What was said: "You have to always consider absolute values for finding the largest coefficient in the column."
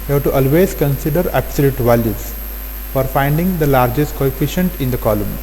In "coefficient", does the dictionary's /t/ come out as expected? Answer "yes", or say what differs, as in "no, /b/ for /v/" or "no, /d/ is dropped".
yes